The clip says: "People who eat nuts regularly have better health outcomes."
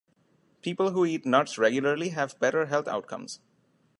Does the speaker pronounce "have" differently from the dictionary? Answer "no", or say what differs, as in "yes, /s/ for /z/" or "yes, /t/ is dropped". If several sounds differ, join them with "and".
no